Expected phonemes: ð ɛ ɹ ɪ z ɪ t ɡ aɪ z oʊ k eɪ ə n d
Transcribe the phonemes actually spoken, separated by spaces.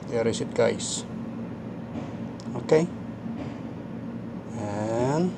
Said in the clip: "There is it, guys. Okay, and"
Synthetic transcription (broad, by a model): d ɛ ɹ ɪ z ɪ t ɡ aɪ s oʊ k eɪ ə n